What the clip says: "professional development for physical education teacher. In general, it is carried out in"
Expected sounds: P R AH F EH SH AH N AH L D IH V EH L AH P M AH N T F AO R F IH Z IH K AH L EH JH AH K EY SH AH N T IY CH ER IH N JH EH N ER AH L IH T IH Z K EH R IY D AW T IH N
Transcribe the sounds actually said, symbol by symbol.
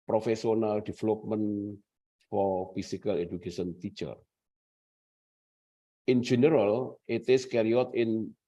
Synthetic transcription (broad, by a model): P R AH F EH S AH N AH L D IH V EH L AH P M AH N F AO R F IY S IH K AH L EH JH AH K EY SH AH N T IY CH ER IH N JH EH N ER AH L IH T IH S K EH R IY AO T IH N